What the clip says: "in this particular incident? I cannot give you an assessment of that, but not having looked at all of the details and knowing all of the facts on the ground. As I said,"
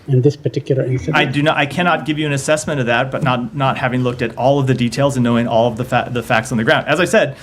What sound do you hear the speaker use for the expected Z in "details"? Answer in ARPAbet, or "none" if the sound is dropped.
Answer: Z